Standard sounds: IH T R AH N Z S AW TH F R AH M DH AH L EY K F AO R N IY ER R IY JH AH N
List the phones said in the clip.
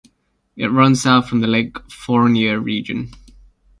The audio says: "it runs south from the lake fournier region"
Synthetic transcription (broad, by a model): IH T R AH N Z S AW T F R AH M DH AH L EY K F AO R N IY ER R IY JH AH N